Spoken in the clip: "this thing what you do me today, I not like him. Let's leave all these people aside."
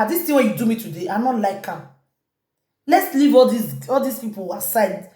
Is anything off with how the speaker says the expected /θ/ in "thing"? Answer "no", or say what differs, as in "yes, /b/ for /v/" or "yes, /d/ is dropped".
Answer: yes, /t/ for /θ/